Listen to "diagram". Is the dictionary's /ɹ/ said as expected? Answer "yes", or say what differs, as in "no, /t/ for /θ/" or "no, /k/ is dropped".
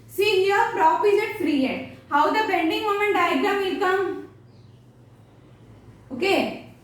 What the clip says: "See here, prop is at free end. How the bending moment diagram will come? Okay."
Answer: no, /ɹ/ is dropped